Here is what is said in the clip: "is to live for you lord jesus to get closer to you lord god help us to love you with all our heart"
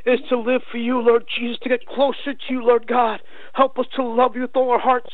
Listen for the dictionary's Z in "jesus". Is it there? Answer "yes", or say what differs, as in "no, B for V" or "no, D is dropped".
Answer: yes